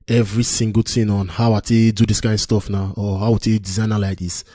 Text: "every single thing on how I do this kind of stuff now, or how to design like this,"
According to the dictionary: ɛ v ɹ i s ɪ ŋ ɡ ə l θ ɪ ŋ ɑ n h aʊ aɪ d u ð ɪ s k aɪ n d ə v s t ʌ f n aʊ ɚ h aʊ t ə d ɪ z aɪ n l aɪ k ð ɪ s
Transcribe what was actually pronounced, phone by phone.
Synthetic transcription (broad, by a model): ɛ v ɹ i s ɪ ŋ ɡ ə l t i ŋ ɑ n h aʊ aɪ d u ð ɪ s k aɪ n d s t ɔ f n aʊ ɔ h aʊ t ə d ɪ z aɪ n l aɪ k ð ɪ s